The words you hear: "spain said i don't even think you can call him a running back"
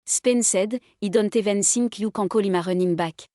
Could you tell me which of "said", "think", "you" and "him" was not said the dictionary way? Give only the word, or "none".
think